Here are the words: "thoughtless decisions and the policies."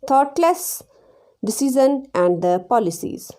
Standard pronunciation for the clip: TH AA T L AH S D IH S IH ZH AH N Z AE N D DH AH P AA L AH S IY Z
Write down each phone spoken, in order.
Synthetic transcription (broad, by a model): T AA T L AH S D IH S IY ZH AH N AE N D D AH P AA L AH S IY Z